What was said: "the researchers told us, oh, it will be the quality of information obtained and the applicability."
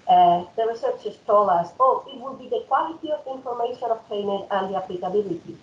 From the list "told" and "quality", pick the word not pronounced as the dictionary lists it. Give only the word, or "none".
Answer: told